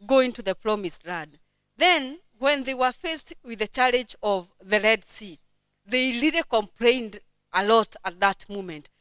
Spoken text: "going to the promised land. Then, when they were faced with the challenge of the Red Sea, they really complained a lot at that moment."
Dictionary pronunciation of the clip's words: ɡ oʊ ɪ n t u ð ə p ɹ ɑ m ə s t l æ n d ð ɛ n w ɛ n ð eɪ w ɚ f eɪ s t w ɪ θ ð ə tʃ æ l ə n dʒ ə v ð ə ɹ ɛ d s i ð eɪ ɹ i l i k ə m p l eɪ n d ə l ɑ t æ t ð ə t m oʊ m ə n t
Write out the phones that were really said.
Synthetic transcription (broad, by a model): ɡ oʊ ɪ n t u ð ə p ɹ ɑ m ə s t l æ d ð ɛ n w ɛ n ð eɪ w ɚ f eɪ s t w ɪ ð ə tʃ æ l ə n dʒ ə v ð ə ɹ ɛ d s i ð eɪ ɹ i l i k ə m p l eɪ n d ə l ɑ t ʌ t ð ə t m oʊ m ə n t